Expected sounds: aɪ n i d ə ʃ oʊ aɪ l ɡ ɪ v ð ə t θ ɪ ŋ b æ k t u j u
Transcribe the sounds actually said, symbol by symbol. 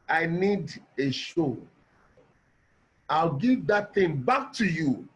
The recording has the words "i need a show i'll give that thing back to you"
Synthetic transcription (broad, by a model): aɪ n i d ə ʃ oʊ aɪ l ɡ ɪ v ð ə t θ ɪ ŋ b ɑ k t u j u